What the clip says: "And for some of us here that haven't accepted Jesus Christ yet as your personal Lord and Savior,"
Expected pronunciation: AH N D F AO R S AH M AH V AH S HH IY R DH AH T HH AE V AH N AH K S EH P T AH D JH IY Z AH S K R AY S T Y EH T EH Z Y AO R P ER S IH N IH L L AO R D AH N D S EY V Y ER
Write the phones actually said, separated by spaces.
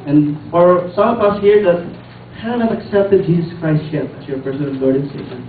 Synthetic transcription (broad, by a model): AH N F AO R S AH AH P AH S HH IY R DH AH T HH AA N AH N AH K S EH P T AH D JH IY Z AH S K R AY S T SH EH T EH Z Y AO R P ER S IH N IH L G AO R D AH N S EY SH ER